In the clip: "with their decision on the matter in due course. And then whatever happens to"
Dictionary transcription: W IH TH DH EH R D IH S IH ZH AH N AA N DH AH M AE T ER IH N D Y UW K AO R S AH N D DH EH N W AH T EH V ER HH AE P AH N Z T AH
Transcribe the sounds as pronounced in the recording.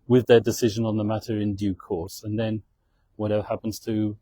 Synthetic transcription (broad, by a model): W IH DH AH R D IH S IH ZH AH N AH N DH AH M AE T ER IH N D Y UW K AO R S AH N DH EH N W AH T EH V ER HH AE P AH N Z T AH